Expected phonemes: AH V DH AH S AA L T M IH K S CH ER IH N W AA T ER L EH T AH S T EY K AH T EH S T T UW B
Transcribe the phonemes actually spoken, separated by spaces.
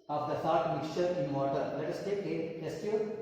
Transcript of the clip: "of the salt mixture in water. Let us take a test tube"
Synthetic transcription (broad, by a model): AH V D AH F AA T M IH K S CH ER IH N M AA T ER L EH T AH S T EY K AH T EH S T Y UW